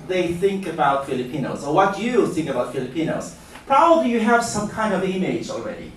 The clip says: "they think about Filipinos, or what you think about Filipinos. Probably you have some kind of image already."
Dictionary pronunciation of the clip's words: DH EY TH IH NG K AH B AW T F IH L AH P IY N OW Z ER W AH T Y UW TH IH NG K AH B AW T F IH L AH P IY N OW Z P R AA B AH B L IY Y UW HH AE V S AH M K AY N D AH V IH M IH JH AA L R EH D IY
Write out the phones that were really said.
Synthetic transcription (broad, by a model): DH EY TH IH NG K AH B AW T F IH L AH P IY N OW Z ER W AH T Y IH TH IH NG K AH B AW T F IH L AH P IY N OW Z P R AA B AH B L IY Y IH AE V S AH M K AY N D AH V IH M IH JH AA L R EH D IY